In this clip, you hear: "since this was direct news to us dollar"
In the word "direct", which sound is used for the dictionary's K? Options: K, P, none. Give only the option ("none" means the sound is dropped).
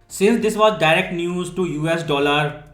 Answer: K